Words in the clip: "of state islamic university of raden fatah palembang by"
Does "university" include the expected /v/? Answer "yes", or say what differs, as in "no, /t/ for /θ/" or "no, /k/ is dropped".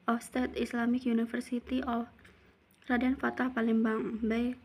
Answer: no, /f/ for /v/